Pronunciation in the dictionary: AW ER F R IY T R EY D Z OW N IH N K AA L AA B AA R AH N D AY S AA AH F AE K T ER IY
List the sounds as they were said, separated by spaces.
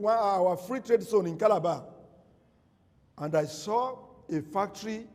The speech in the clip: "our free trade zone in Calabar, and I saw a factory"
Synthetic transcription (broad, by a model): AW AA F R IY T R EY D S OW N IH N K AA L AA B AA AH N D AY S AA AH F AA K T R IY